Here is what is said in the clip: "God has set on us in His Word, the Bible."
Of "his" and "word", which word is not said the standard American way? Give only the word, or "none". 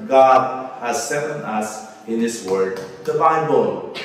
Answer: his